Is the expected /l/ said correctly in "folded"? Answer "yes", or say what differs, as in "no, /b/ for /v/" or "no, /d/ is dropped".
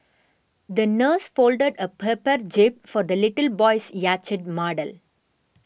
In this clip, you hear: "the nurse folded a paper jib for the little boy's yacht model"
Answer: yes